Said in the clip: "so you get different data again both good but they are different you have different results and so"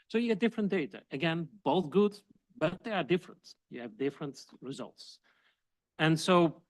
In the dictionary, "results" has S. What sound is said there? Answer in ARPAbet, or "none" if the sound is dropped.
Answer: S